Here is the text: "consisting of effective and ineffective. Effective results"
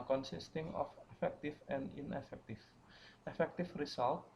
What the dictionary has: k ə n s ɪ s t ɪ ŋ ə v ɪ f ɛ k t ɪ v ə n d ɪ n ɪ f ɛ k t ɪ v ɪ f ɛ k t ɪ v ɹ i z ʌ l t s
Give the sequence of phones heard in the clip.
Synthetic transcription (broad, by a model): k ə n s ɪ s t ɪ ŋ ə f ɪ f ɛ k t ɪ f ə n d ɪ n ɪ f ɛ k t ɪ f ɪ f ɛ k t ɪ f ɹ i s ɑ l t